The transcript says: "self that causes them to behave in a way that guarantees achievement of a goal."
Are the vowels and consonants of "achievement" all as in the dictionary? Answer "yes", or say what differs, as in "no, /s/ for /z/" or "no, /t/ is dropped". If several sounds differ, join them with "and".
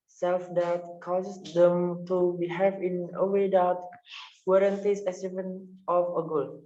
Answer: no, /s/ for /tʃ/ and /m/ is dropped